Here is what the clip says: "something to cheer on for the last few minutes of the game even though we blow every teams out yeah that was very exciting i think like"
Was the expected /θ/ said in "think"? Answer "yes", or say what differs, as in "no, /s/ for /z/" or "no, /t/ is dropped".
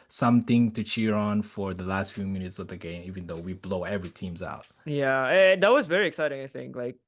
yes